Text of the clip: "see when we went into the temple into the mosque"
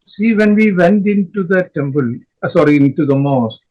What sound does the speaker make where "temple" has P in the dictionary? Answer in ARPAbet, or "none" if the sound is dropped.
B